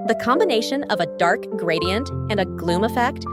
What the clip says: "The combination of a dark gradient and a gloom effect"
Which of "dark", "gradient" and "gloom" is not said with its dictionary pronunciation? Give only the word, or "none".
none